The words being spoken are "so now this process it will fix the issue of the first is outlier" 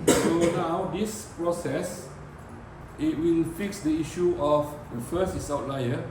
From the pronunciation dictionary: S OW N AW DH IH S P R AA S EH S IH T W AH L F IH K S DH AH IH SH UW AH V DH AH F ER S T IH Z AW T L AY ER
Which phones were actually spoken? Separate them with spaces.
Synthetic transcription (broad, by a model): S OW N AW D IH S P R AA S EH S IH T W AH N F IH K S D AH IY SH UW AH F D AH F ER S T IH S AW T L AY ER